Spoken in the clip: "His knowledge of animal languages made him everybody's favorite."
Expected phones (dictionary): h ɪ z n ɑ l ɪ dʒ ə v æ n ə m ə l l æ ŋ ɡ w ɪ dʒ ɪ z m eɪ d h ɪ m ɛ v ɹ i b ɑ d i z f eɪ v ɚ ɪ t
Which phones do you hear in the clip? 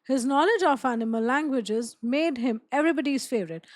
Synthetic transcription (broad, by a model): h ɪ z n ɑ l ɪ dʒ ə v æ n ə m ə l l æ ŋ ɡ w ɪ dʒ ɪ z m eɪ d h ɪ m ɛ v ɹ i b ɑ d i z f eɪ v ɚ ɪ t